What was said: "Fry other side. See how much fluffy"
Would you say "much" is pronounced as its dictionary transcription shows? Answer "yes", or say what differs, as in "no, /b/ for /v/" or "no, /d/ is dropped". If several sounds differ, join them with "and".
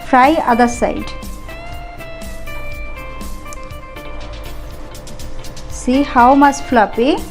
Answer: no, /s/ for /tʃ/